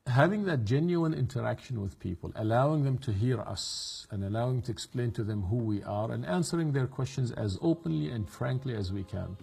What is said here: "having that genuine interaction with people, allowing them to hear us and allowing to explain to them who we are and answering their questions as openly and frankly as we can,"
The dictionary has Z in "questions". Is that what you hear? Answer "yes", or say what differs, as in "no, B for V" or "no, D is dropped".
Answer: yes